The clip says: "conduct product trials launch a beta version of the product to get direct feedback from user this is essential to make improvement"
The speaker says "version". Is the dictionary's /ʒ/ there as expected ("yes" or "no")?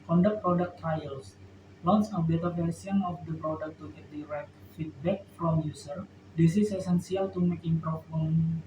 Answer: no